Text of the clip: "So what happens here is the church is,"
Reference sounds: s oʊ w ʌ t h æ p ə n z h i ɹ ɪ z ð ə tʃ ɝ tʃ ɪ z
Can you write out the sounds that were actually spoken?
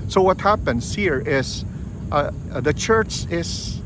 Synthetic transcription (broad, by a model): s oʊ w ʌ t h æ p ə n s h i ɹ ɪ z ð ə tʃ ɝ tʃ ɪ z